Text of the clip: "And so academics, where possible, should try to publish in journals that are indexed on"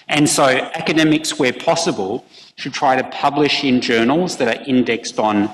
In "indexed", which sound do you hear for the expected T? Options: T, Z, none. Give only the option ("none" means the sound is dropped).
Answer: T